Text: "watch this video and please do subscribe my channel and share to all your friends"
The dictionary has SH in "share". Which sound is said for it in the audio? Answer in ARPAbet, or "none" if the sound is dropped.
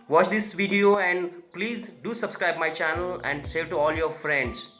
S